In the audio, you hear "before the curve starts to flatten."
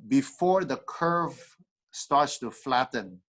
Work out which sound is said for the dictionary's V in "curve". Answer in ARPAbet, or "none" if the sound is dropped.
V